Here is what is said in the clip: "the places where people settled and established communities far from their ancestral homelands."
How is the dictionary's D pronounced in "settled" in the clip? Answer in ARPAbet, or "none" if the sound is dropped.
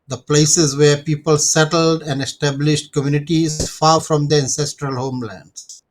D